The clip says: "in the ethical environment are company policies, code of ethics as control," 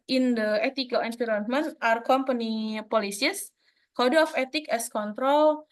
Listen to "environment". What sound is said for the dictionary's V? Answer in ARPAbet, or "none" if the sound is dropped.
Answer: P